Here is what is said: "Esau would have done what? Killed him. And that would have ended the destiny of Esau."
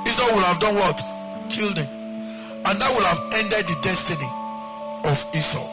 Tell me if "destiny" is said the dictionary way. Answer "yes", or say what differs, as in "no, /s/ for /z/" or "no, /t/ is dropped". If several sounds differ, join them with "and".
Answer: yes